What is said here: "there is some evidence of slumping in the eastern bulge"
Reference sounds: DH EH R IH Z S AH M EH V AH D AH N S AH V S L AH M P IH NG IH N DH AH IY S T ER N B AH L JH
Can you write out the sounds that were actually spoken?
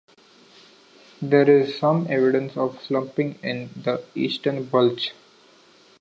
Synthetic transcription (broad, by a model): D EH R IH Z S AH M EH V AH D AH N S AH V S L AH M P IH NG IH N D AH IY S T ER N B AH L CH